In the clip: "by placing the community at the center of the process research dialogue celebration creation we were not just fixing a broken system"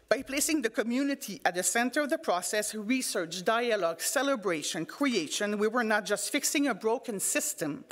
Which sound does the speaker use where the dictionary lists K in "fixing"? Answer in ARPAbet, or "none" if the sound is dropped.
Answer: K